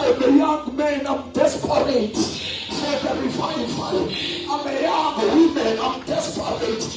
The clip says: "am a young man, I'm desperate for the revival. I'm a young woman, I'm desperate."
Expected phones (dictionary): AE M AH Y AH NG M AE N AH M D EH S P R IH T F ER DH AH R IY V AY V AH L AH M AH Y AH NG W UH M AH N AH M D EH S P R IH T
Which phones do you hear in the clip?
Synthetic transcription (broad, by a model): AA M AH Y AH NG M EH N AH M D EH S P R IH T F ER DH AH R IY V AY F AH N AH M AH Y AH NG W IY M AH N AH M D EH S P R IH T